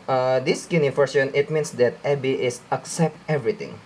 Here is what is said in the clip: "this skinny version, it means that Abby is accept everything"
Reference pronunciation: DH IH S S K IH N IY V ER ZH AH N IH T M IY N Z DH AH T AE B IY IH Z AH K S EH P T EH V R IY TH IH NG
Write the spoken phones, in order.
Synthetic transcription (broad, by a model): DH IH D S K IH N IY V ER SH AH N IH T M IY N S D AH T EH B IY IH S AH K S EH P T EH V R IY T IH NG